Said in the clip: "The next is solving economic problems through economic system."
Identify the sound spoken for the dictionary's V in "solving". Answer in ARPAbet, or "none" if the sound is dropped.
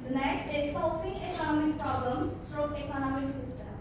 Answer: F